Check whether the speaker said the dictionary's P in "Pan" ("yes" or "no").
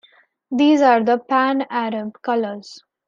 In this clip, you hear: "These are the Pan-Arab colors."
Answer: yes